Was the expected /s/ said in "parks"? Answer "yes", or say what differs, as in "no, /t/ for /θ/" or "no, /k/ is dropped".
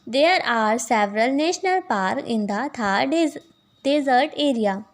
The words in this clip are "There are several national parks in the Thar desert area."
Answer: no, /s/ is dropped